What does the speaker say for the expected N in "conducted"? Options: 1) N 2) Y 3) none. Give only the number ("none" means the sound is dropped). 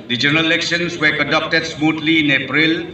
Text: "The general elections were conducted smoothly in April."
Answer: 3